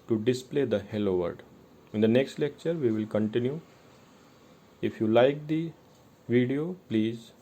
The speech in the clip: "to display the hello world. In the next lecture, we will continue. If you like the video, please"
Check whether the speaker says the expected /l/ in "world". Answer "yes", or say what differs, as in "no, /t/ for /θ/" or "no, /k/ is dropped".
no, /l/ is dropped